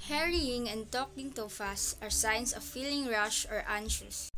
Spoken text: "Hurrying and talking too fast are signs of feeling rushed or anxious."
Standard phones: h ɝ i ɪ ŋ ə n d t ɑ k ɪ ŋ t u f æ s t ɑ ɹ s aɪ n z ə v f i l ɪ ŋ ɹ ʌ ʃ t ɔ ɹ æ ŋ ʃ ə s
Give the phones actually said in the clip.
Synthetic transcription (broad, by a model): h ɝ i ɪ ŋ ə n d t ɑ k ɪ ŋ t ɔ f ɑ s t ɑ ɹ s aɪ n s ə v f i l ɪ ŋ ɹ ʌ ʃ ɔ ɹ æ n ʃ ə s